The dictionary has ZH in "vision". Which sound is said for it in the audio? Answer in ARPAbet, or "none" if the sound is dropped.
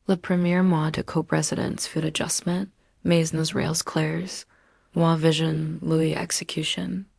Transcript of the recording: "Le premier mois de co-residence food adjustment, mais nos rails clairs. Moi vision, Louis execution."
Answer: ZH